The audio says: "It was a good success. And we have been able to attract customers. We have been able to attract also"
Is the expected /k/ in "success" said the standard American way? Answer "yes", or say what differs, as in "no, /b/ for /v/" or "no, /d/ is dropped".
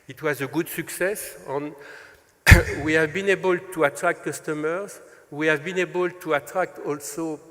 yes